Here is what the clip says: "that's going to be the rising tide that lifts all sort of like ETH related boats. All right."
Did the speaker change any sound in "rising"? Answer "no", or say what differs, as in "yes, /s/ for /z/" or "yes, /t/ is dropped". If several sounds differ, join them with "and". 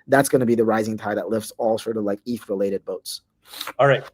no